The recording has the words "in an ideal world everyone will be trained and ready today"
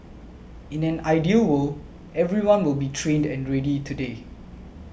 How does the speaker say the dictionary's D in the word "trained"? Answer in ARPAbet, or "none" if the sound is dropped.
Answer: D